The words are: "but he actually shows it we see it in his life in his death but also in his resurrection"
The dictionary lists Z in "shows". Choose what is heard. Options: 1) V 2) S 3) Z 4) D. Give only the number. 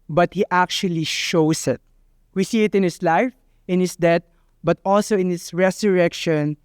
2